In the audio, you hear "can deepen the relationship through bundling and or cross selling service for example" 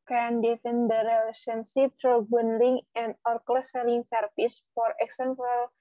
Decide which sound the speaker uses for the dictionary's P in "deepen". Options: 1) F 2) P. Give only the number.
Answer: 1